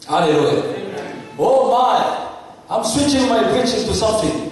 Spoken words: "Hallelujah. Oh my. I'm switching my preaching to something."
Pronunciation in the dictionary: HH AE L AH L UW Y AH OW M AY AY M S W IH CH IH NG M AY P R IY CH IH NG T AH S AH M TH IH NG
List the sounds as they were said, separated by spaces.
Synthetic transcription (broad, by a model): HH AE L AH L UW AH OW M AY AY M S W IH CH IH NG M AY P IH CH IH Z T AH S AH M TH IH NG